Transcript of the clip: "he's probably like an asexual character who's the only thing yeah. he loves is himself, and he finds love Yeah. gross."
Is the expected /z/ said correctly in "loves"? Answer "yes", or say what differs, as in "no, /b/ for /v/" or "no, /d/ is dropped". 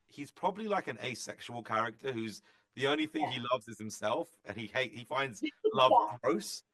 yes